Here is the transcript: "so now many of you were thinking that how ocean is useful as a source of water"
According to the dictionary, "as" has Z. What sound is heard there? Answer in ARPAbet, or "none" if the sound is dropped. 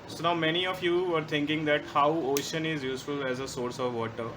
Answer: Z